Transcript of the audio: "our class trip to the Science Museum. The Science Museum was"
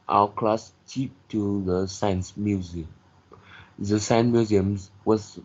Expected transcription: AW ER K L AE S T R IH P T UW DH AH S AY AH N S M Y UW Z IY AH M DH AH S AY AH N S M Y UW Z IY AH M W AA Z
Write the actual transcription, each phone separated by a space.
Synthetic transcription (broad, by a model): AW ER K L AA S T IY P T UW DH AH S AY AH N S M Y UW Z IY AH M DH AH S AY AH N M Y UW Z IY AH M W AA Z